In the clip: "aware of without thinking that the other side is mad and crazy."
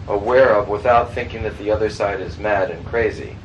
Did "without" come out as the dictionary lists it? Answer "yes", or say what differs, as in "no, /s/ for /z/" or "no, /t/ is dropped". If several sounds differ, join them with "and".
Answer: yes